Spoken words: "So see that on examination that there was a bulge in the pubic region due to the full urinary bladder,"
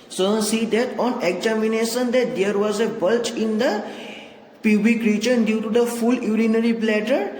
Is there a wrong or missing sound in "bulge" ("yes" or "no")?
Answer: yes